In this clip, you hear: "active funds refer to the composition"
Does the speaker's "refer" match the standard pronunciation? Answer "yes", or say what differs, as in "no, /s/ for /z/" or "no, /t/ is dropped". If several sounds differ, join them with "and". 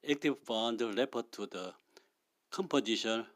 no, /p/ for /f/